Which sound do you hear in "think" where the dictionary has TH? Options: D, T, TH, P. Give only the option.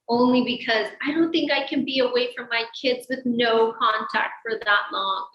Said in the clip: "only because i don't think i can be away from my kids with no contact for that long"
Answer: TH